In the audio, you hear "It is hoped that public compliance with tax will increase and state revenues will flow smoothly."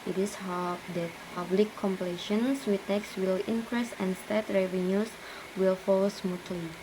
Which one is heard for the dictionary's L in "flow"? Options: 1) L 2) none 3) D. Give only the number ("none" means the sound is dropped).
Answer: 2